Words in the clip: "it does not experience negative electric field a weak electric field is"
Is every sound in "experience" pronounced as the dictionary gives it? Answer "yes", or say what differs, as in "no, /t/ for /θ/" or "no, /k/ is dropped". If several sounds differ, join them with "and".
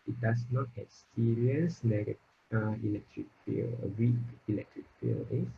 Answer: no, /p/ is dropped and /n/ is dropped